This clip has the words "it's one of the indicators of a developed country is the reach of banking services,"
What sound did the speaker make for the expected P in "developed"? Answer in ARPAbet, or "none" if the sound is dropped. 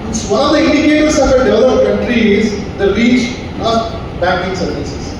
none